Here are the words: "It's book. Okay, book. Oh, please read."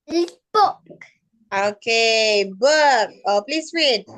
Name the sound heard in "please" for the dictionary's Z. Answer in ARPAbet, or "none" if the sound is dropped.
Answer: S